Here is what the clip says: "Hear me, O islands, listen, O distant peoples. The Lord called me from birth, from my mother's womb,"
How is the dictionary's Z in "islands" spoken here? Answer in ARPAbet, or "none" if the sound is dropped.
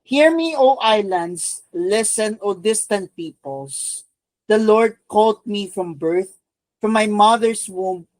S